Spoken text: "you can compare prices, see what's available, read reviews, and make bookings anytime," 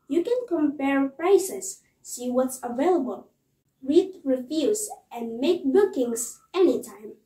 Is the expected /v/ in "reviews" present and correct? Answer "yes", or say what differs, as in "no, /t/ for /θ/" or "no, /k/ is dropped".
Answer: no, /f/ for /v/